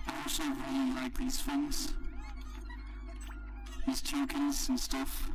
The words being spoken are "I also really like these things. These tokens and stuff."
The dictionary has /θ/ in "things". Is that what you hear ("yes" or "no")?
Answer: no